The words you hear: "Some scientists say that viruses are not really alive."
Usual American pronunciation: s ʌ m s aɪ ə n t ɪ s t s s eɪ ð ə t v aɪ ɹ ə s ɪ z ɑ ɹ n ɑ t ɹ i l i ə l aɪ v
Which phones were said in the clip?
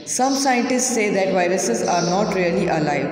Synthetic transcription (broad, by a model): s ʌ m s aɪ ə n t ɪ s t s s eɪ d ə t v aɪ ɹ ə s ɪ z ɑ ɹ n ɑ t ɹ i l i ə l aɪ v